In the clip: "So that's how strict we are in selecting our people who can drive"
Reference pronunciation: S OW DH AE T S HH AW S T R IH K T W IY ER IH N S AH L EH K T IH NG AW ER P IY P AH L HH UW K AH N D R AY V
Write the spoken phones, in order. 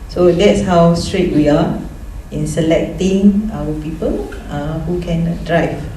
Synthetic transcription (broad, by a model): S OW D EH T S HH AW S T R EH T W IY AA IH N S AH L EH K T IH NG AW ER P IY P AH L HH UW K AH N D R AY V